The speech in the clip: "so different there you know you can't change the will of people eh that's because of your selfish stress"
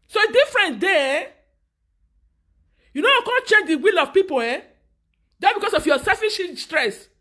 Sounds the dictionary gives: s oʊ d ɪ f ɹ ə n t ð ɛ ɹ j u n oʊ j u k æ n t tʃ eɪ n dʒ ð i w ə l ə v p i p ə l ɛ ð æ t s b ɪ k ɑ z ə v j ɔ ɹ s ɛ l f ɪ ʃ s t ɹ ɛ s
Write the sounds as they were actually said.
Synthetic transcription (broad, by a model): s oʊ d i f ɹ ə n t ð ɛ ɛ j u n oʊ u k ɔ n tʃ eɪ n dʒ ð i w ə l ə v p i p ə l ɛ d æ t b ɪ k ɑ s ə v j ɔ s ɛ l f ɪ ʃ s t ɹ ɛ s